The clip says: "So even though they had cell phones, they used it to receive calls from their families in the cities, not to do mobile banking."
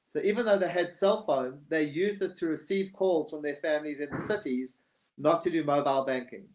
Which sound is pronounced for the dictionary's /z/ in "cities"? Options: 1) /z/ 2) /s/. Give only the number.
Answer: 1